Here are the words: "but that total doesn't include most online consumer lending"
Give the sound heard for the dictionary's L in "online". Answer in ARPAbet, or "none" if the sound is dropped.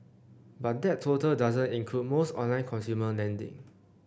L